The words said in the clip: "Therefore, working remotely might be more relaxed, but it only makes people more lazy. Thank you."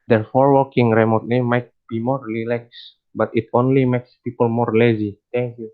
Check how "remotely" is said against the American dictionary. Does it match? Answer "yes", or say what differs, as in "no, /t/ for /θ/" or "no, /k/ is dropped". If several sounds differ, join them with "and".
no, /n/ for /l/